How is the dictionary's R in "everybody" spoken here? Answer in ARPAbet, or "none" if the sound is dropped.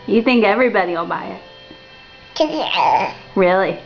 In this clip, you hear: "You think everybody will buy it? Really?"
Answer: R